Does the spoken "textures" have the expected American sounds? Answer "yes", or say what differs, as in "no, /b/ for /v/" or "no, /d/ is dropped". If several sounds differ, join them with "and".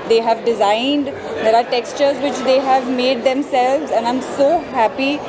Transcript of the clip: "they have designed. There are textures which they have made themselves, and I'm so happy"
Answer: yes